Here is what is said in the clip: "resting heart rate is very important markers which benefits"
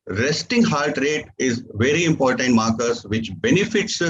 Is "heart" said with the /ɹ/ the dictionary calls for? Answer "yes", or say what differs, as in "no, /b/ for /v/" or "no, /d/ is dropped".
no, /l/ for /ɹ/